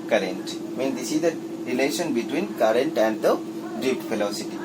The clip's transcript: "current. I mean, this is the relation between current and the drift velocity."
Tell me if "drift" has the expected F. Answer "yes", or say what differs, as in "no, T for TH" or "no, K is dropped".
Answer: no, P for F